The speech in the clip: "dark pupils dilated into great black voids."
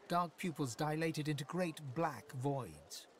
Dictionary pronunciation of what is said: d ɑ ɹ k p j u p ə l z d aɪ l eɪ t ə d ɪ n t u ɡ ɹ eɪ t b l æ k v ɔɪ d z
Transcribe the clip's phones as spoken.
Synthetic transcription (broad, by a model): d ɑ ɹ k p j u p ə l z d aɪ l eɪ t ə d ɪ n t u ɡ ɹ eɪ t b l æ k v ɔɪ d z